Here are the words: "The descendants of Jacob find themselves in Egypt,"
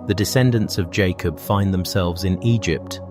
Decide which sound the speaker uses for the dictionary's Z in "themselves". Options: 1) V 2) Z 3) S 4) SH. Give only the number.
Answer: 2